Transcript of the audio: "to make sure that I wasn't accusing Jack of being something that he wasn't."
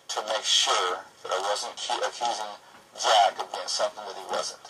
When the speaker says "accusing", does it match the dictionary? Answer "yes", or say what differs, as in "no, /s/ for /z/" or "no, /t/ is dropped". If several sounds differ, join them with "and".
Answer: yes